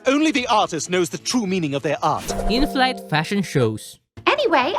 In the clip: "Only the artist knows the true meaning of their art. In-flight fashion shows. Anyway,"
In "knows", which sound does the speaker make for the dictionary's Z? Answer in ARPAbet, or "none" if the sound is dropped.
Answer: Z